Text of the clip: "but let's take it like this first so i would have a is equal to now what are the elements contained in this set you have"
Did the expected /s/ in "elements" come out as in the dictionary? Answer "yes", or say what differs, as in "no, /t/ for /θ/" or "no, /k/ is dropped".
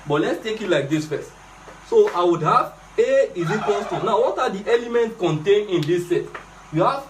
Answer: no, /s/ is dropped